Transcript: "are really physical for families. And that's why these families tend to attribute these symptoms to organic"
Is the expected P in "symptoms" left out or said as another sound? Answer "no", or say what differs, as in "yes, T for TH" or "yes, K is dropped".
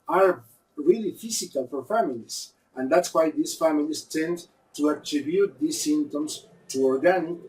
yes, P is dropped